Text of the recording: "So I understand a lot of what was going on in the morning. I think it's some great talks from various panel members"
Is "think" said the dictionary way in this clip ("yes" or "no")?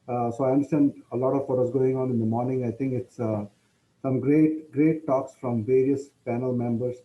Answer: no